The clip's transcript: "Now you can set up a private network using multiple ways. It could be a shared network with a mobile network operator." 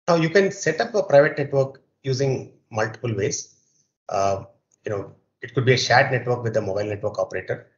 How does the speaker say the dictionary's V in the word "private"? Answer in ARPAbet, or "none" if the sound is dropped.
V